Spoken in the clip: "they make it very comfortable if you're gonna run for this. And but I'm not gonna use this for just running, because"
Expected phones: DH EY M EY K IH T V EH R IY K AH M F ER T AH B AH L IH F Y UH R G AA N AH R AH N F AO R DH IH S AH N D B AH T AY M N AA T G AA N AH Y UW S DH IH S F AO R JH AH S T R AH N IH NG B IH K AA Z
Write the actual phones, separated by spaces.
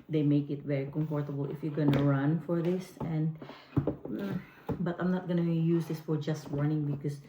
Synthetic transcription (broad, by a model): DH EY M EY K IH T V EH R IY K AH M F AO T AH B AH L IH F Y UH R G AA N AH R AH N F AO R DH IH S AH N D B AH T AY M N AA T G AA N AH Y UW S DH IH S F AO R JH AH S T W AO N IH NG B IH K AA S